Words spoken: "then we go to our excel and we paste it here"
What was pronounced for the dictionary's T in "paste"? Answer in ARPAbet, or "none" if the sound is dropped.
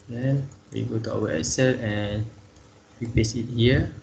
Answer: none